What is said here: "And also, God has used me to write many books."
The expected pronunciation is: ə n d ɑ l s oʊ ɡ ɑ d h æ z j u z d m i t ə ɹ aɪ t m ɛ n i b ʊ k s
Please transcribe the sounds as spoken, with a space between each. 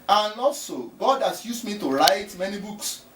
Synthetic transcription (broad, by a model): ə n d ɑ l s oʊ ɡ ɑ d h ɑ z j u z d m i t ə ɹ aɪ t m ɛ n i b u k s